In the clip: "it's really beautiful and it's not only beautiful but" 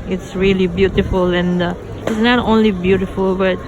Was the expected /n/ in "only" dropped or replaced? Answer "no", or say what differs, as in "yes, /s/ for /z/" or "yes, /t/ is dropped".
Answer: no